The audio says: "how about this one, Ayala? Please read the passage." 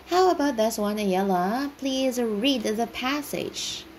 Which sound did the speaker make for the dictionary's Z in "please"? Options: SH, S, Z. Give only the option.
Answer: Z